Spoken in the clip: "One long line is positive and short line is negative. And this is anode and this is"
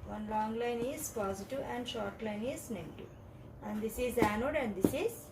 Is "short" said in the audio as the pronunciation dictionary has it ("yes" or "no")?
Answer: yes